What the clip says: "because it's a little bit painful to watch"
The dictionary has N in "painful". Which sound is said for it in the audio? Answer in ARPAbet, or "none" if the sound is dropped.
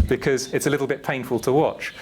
N